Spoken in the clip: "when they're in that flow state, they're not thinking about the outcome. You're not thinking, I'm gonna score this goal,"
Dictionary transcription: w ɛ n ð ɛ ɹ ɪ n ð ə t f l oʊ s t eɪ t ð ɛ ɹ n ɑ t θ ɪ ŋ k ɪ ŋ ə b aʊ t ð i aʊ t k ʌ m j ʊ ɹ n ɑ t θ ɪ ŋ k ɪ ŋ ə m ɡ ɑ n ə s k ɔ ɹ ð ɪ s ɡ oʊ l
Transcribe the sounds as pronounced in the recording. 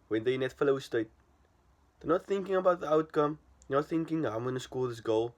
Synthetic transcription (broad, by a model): w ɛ n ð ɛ ɪ n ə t f l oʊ s t eɪ t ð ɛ n ɑ t θ ɪ ŋ k ɪ ŋ ə b aʊ t ð i aʊ t k ʌ m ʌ n ɑ t θ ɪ ŋ k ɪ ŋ ə m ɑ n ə s k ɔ l ð ɪ s ɡ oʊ l